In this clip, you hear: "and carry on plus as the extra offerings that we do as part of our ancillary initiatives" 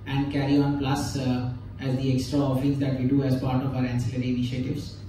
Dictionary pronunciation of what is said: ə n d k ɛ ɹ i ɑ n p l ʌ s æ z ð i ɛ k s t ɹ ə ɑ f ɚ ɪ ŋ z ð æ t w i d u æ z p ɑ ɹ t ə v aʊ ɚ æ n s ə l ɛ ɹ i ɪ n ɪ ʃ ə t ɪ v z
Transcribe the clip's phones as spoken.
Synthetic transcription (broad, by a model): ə n d k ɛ ɹ i ɑ n p l ʌ s æ z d i ɛ k s t ɹ ə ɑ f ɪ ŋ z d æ t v i d u æ z p ɑ ɹ t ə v aʊ ɚ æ n s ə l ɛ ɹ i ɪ n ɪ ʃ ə t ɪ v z